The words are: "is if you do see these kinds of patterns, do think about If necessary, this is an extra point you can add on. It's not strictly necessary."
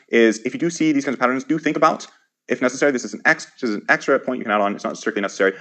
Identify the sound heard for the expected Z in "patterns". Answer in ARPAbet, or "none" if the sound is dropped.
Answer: Z